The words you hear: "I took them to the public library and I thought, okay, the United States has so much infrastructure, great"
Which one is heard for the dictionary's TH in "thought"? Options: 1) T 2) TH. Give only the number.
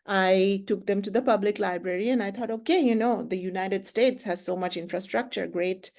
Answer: 1